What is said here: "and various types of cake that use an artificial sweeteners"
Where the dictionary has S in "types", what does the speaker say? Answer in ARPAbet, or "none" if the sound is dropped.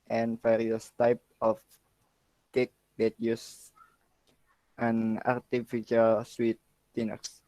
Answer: none